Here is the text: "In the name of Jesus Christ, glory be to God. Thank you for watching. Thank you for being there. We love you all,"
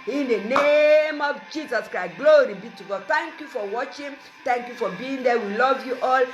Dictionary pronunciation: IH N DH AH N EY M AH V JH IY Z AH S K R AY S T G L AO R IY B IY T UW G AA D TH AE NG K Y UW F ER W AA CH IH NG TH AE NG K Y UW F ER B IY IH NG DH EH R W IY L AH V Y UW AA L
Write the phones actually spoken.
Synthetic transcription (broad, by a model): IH N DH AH N EY M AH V JH IY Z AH S K R AY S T G L AO R IY B IY T UW G AA D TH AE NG K Y UW F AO W AA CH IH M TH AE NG K Y UW F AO B IY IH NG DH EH W IY L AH V Y UW AA L